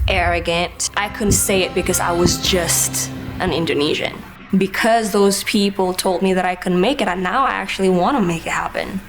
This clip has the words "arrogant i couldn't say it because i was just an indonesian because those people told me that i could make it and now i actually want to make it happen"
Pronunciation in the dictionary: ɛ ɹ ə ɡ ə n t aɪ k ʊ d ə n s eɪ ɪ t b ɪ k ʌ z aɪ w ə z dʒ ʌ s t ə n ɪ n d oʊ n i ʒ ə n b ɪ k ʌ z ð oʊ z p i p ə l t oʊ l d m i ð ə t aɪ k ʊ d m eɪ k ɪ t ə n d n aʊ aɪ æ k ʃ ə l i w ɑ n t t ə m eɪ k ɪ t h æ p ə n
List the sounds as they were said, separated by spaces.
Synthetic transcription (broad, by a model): ɛ ɹ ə ɡ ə n t aɪ k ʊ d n s eɪ ɪ t b ɪ k ʌ z aɪ w ə z dʒ ʌ s t ə n ɪ n d oʊ n i ʒ ə n b ɪ k ʌ z ð oʊ z p i p l t oʊ l d m i ð ə t aɪ k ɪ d m eɪ k ɪ t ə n n aʊ aɪ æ k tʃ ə l i w ɑ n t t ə m eɪ k ɪ t h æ p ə n